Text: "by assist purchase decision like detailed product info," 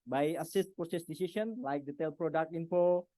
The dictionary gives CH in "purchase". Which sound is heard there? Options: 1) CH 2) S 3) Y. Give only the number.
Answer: 2